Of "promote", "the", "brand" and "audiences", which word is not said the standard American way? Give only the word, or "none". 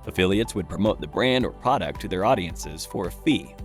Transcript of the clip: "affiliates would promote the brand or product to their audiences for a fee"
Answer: none